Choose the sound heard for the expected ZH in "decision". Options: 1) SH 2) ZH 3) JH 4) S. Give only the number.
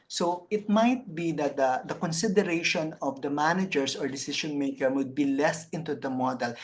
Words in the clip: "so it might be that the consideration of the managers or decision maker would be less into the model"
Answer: 1